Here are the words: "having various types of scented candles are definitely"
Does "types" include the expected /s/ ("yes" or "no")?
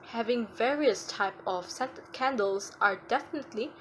no